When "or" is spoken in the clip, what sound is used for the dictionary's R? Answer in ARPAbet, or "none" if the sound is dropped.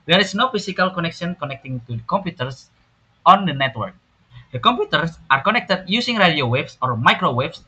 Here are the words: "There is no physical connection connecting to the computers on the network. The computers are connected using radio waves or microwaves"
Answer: R